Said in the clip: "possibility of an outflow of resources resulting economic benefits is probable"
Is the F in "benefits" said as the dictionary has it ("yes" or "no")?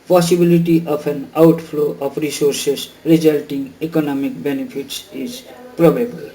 no